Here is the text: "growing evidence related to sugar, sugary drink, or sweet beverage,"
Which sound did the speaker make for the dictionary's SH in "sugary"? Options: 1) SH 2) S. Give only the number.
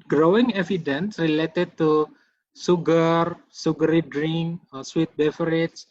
2